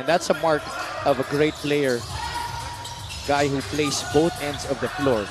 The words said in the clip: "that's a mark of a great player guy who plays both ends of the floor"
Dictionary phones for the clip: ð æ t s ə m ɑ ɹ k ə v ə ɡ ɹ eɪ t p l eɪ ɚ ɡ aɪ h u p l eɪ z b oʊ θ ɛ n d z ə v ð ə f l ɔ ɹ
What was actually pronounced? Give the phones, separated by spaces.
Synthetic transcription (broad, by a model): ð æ t s ə m ɑ ɹ k ə v ə ɡ ɹ eɪ t p l eɪ ɚ ɡ aɪ h u p l eɪ s b oʊ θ ɛ n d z ə v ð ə f l ɔ ɹ